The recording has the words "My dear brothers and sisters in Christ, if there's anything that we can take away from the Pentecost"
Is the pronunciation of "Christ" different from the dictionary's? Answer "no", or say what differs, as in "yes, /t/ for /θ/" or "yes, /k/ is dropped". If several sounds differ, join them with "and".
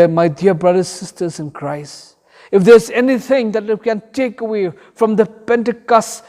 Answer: yes, /t/ is dropped